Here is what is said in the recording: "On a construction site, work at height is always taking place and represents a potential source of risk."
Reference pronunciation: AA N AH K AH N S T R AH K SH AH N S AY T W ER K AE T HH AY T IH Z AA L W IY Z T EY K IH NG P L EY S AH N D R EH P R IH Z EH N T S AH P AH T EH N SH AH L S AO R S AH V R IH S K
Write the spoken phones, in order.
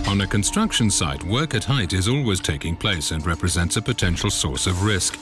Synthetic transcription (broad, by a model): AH N AH K AH N S T R AH K SH AH N S AY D W ER K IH T HH AY T IH Z AA L W IY Z T EY K IH NG P L EY S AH N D R EH P R IH Z EH N T S AH P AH T EH N SH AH L S AO R S AH V R IH S K